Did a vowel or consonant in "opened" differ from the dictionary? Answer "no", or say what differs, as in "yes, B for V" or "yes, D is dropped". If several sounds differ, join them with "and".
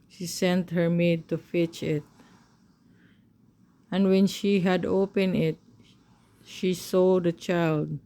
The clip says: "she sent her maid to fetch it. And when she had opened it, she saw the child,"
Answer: yes, D is dropped